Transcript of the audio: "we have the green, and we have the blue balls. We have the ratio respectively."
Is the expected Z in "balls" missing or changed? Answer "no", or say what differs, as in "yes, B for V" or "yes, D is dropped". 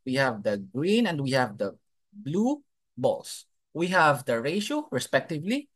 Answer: yes, S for Z